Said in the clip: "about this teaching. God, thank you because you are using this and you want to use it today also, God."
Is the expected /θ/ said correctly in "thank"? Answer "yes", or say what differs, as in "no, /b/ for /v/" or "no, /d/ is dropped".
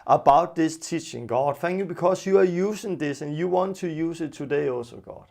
no, /f/ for /θ/